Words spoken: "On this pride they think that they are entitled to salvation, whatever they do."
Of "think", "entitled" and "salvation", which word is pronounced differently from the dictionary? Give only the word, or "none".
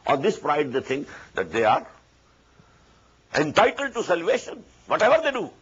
think